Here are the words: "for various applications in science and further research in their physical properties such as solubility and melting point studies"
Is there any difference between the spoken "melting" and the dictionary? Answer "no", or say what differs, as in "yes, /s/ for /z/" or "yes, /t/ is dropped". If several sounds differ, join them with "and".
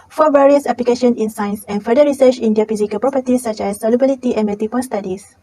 yes, /l/ is dropped